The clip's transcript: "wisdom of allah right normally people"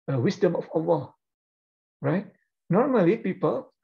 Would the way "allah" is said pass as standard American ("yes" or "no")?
no